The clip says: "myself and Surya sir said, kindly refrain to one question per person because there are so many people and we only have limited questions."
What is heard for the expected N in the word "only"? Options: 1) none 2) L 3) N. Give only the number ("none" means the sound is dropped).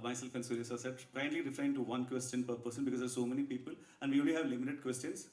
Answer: 1